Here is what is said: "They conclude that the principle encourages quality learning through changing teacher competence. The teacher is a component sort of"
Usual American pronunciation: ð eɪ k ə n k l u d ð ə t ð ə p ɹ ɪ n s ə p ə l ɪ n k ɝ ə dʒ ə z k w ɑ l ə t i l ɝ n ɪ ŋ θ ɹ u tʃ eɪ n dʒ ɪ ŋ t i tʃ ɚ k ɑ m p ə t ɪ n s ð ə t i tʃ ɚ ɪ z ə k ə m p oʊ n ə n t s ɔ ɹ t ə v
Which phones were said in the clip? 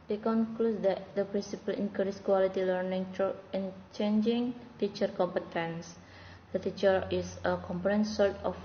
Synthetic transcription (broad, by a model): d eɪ k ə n k l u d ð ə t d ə p ɹ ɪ n s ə p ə l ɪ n k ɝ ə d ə s k w ɑ l ə t i l ɝ n ɪ ŋ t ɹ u tʃ eɪ n dʒ ɪ ŋ t i tʃ ɚ k ɑ m p ə t ɪ n s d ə t i tʃ ɚ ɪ s ə k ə m p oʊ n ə n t s ɔ ɹ t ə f